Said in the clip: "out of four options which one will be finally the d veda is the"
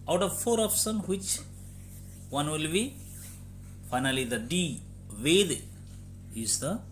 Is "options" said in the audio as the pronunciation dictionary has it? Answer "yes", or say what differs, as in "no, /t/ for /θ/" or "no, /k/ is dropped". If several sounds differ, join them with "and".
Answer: no, /s/ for /ʃ/